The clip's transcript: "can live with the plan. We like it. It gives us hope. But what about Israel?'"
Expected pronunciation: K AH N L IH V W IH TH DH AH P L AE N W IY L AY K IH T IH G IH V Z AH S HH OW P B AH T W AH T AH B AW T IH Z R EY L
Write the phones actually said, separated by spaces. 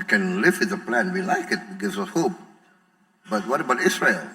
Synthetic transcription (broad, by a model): K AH N L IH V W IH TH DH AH P L AE N W IY L AY K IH T IH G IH Z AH HH OW P B AH T W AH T AH B AW T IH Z R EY L